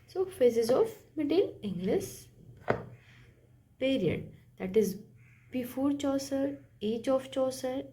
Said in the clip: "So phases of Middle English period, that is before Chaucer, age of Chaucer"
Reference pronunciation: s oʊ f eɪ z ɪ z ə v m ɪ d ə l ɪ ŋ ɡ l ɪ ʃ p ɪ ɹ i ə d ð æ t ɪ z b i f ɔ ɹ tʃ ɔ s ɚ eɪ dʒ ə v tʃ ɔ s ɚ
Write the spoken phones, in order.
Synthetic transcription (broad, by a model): s oʊ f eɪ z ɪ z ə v m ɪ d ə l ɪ ŋ ɡ l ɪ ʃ p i ɹ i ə d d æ t ɪ z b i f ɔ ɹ tʃ ɔ s ɚ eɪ tʃ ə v tʃ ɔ s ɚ